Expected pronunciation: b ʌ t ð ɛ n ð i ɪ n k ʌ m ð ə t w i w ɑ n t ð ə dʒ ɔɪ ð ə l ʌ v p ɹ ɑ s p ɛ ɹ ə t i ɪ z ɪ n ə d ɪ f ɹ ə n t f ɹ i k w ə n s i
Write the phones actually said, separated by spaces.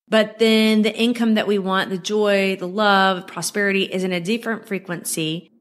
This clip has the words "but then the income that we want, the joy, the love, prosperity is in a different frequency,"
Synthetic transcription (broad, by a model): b ʌ t ð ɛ n ð i ɪ n k ʌ m ð ə t w i w ɑ n ð ə dʒ ɔɪ ð ə l ʌ v p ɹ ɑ s p ɛ ɹ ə t i ɪ z ɪ n ə d ɪ f ɹ ə n t f ɹ i k w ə n s i